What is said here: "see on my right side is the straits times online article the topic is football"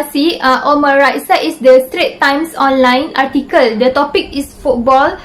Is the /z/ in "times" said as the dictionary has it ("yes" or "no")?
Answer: no